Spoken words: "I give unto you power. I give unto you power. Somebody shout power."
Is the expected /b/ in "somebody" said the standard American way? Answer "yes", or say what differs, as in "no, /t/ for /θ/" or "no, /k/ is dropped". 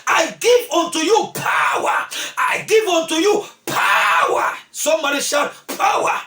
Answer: no, /b/ is dropped